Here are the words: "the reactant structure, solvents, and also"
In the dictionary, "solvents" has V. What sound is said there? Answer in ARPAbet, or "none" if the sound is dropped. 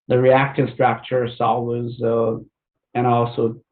W